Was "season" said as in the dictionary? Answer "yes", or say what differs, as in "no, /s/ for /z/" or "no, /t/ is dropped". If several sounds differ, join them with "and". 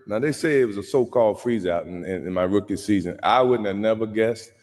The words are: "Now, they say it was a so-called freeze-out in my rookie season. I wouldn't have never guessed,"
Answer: yes